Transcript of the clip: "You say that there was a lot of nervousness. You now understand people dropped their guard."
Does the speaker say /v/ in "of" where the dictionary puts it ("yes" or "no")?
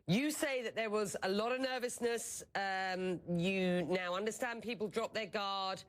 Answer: yes